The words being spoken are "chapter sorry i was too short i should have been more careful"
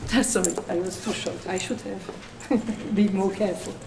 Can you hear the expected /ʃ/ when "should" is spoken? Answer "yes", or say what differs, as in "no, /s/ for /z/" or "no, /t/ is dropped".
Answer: yes